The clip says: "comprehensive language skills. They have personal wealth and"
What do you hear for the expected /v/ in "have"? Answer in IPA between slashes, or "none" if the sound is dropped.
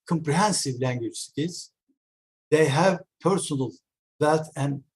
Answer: /v/